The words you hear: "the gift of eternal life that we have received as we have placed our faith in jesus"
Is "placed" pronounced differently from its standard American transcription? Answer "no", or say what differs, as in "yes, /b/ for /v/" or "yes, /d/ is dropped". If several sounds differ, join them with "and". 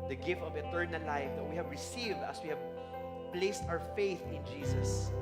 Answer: no